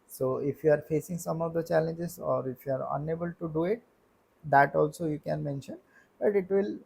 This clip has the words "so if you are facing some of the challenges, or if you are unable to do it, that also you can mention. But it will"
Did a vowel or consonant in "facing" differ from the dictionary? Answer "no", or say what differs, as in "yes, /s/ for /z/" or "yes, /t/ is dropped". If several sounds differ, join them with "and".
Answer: no